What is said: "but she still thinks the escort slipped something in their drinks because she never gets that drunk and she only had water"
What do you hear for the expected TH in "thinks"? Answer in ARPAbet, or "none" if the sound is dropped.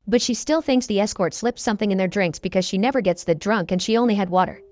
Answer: TH